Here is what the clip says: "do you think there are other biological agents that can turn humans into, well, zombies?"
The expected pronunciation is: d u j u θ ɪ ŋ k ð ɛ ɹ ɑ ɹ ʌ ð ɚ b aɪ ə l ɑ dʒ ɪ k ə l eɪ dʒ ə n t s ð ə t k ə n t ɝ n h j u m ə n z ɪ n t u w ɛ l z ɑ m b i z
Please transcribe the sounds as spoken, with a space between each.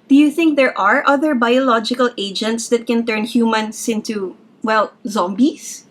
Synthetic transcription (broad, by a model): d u j u θ ɪ ŋ k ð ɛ ɹ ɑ ɹ ʌ ð ɚ b aɪ ə l ɑ dʒ ɪ k ə l eɪ dʒ ə n t s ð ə t k ə n t ɝ n h j u m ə n s ɪ n t u w ɛ l z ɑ m b i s